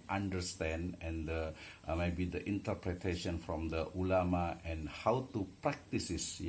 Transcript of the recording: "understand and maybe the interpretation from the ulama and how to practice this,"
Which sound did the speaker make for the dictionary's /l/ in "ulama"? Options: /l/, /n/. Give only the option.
/l/